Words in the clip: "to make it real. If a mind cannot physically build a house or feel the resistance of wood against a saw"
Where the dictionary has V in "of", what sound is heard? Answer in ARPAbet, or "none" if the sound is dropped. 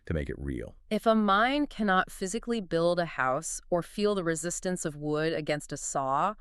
V